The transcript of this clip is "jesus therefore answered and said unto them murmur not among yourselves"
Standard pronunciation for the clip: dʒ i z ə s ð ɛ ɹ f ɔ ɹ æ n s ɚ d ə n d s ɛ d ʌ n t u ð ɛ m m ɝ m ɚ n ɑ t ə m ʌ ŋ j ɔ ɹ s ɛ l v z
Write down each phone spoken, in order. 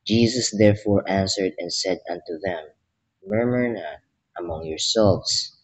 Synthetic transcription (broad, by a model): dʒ i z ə s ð ɛ ɹ f ɔ ɹ æ n s ɚ d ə n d s ɛ d ʌ n t u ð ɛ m m ɝ m ɚ n ɑ t ə m ʌ ŋ j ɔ ɹ s ɛ l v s